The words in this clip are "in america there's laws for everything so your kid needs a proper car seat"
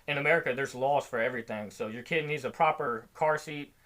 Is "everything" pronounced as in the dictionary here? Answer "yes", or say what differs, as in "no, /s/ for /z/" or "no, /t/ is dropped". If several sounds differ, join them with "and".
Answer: yes